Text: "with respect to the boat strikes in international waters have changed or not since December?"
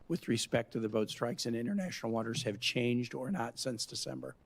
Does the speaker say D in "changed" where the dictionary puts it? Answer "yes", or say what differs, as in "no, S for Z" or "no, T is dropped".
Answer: yes